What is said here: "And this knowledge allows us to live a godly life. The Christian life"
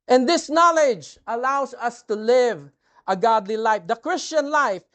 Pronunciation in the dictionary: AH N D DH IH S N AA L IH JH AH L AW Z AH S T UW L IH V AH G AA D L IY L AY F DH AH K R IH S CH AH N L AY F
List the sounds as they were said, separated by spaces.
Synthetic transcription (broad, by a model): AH N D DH IH S N AA L IH JH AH L AW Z AH S T UW L IH V AH G AA D L IY L AY F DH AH K R IH S CH AH N L AY F